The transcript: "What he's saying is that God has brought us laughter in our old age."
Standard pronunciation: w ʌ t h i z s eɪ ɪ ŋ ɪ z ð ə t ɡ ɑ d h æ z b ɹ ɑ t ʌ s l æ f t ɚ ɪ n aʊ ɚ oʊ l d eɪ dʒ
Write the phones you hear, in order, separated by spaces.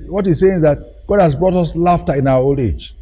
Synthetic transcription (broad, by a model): w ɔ t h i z s eɪ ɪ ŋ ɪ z ð ə t ɡ ɑ d h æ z b ɹ ɑ t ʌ s l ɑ f t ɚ ɪ n aʊ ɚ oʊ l eɪ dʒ